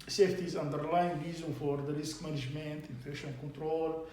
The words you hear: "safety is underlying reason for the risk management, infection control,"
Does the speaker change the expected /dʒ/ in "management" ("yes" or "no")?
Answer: yes